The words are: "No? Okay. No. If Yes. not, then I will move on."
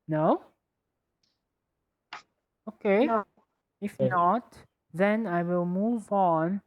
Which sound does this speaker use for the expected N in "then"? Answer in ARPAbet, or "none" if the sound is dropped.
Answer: N